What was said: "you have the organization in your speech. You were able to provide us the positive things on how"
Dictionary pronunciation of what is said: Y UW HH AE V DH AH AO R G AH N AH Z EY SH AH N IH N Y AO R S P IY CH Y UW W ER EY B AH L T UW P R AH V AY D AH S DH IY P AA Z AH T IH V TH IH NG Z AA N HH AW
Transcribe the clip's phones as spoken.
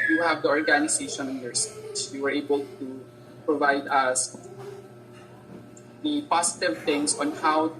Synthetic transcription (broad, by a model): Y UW HH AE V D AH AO R G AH N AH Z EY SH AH N IH N Y AO R S IY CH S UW W ER EY B AH L T UW P R AH V AY D AH S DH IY P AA S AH T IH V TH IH NG S AA N HH AW